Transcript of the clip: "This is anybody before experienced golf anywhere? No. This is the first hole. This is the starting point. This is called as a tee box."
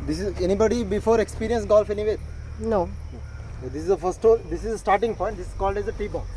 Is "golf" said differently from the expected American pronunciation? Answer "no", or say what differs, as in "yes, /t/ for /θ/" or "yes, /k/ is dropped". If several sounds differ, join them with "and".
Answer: no